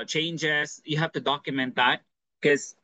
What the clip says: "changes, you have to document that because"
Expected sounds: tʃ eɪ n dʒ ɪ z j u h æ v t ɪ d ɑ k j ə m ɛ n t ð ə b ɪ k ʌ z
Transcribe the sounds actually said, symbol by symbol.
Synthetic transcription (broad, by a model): tʃ eɪ n dʒ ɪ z j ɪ h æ f t ɪ d ɑ k j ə m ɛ n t ð ə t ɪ k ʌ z